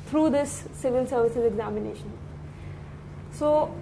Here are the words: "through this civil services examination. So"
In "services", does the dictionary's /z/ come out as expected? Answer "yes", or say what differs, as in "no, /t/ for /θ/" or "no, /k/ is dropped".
yes